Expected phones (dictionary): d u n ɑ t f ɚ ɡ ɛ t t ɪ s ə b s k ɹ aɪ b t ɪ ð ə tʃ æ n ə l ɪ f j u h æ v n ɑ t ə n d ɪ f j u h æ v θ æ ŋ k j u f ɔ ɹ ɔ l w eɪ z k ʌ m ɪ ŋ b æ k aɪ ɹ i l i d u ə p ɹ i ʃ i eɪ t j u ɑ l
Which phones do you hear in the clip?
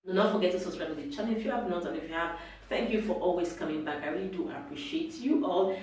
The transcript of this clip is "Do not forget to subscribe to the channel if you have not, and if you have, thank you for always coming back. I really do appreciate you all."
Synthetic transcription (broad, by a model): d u n ɑ t f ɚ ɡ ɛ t t ɪ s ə s ɹ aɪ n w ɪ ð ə tʃ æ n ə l ɪ f j u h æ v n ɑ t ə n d ɪ f j u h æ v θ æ ŋ k j u f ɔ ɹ ɔ l w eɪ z k ʌ m ɪ ŋ b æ k aɪ ɹ i l i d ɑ ə p ɹ i ʃ i eɪ t j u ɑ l